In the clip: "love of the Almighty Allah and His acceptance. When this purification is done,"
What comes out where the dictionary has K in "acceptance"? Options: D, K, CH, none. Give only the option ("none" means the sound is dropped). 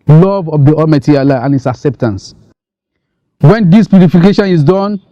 K